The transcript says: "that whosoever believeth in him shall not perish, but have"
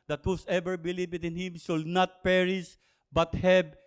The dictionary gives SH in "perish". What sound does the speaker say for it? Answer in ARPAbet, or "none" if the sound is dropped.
S